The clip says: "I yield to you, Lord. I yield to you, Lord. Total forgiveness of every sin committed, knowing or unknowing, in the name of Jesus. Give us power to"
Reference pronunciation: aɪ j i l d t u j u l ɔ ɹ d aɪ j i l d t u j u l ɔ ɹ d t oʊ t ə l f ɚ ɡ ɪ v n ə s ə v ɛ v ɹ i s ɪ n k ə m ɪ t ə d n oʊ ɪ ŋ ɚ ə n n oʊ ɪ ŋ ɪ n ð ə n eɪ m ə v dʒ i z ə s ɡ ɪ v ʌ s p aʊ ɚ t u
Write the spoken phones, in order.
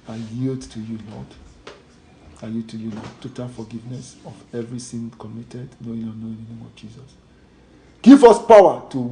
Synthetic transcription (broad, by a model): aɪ j i l d t u j u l ɔ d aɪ j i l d t u j u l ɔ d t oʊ t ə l f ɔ ɡ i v n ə s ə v ɛ v ɹ i θ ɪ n k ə m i t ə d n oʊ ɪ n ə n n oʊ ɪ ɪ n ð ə n eɪ m ə v dʒ i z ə s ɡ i v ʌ s p aʊ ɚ t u